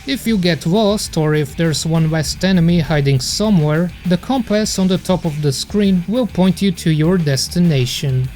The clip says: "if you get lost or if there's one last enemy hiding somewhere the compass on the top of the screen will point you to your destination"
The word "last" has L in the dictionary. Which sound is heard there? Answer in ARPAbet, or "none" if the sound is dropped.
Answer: W